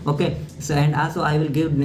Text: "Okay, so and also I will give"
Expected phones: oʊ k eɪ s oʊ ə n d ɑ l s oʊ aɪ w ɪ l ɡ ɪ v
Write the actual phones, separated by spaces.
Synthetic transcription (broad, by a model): oʊ k eɪ s oʊ ə n d ɑ l s oʊ aɪ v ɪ l ɡ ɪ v